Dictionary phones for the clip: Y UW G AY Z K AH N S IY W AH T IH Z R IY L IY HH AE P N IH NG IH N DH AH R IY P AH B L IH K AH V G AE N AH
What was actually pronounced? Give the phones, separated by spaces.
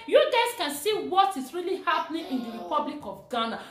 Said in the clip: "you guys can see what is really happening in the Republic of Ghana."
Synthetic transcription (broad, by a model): Y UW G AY S K AH N S IY W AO T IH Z R IY L IY HH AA P N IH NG IH N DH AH R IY P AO B L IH K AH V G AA N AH